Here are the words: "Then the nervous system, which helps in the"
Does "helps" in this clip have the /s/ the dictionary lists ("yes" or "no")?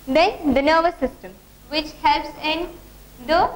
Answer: yes